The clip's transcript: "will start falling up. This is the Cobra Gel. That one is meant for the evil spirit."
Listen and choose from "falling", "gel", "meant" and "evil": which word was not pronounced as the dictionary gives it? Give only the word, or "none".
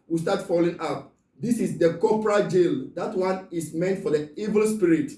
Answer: none